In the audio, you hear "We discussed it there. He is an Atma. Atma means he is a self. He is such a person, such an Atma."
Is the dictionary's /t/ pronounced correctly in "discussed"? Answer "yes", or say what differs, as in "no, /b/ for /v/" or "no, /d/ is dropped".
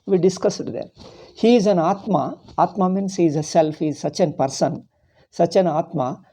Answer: no, /t/ is dropped